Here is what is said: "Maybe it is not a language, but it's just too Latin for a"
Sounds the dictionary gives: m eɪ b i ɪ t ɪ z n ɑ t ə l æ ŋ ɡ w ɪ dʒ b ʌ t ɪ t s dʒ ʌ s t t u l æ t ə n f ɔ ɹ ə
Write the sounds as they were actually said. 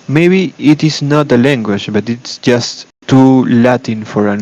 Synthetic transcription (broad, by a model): m eɪ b i ɪ t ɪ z n ɑ t ə l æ ŋ ɡ w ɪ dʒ b ʌ t ɪ t s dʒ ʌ s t t u l æ t ə n f ɔ ɹ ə